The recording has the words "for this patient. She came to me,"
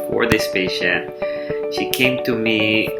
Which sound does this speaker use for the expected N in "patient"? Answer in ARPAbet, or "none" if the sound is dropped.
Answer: none